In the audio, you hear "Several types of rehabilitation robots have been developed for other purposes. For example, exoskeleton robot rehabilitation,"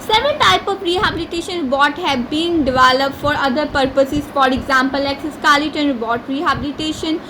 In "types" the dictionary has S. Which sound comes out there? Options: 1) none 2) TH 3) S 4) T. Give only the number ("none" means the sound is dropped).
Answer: 1